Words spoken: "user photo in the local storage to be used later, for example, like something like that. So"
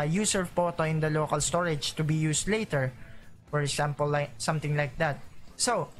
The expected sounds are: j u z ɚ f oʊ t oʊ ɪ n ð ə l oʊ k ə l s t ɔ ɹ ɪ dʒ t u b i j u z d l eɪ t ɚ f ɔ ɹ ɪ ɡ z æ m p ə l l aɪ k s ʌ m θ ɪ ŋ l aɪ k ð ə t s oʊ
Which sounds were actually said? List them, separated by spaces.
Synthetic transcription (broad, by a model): j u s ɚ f oʊ t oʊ ɪ n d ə l oʊ k ə l s t ɔ ɹ ɪ dʒ t u b i j u s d l eɪ t ɚ f ɔ ɹ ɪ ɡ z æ m p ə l l aɪ k s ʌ m t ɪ ŋ l aɪ k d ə t s oʊ